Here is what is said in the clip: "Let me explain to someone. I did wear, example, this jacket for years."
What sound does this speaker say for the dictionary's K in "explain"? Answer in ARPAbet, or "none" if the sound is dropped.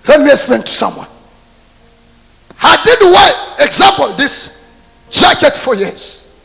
none